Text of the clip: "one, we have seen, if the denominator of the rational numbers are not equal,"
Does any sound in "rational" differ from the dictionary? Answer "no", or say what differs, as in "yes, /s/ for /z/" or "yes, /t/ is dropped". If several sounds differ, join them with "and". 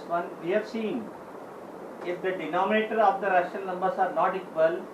yes, /n/ is dropped